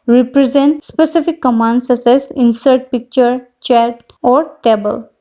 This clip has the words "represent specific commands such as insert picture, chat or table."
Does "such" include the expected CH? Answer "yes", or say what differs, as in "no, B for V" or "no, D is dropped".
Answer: no, S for CH